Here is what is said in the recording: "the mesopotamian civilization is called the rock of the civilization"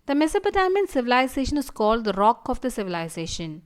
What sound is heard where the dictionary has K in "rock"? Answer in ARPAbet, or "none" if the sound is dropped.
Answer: K